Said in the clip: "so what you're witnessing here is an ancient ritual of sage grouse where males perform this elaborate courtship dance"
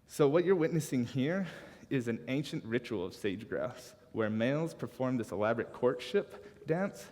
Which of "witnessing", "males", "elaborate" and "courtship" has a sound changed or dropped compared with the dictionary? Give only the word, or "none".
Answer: none